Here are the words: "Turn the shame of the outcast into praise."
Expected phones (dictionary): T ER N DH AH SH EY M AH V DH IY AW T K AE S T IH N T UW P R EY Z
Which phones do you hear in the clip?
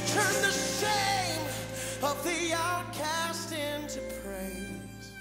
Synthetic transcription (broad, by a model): T ER N DH AH S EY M AH V DH IY AW T K AE S T IH N T UW P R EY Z